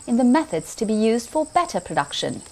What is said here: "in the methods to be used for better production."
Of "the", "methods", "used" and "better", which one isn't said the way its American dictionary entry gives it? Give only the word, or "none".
none